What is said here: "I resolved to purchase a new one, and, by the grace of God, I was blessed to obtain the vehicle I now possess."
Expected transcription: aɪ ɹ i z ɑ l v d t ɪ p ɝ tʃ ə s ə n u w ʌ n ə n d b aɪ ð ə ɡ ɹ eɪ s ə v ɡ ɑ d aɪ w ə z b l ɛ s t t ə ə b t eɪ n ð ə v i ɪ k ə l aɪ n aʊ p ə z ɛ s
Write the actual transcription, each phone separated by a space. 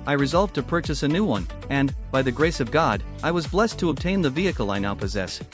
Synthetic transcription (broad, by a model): aɪ ɹ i z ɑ l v t ɪ p ɝ tʃ ə s ə n u w ʌ n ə n b aɪ ð ə ɡ ɹ eɪ s ə v ɡ ɑ d aɪ w ə z b l ɛ s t t ə ə b t eɪ n ð ə v i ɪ k l aɪ n aʊ p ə z ɛ s